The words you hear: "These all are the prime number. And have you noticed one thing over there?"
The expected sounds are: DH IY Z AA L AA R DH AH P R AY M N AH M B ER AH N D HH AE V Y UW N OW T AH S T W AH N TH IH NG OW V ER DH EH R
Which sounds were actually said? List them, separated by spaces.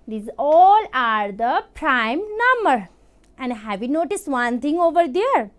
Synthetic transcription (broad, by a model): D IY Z AA L AA R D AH P R AY M N AH M B ER AH N D HH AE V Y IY N OW T AH S T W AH N T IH NG OW V ER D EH R